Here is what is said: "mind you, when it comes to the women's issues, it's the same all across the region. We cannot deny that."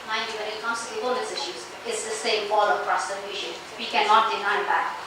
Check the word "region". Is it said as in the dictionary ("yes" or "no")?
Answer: no